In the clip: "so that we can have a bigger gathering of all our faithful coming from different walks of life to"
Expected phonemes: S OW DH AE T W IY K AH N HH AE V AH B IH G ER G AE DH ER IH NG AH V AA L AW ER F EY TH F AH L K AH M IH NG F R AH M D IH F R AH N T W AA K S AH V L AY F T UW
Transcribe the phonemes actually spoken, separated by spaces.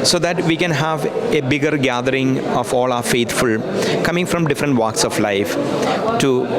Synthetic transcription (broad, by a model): S OW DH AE T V IY K AH N HH AE V AH B IH G ER G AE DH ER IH NG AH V AA L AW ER F EY T F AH L K AH M IH NG F R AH M D IH F R AH N T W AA K S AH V L AY F T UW